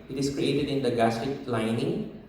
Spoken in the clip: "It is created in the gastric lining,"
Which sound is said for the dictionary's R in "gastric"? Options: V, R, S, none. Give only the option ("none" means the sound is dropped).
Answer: none